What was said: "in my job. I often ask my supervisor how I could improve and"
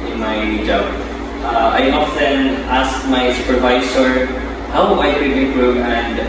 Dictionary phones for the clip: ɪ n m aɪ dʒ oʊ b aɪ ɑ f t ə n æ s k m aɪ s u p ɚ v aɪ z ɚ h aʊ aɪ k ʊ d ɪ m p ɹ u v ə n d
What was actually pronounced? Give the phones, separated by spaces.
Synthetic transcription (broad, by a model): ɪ n m aɪ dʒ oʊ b aɪ ɑ f t ə n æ s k m aɪ s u p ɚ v aɪ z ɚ h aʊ aɪ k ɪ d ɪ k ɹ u ə n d